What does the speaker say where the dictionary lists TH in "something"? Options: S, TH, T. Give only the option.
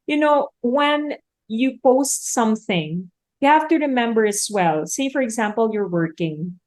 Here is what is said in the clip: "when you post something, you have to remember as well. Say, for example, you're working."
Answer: TH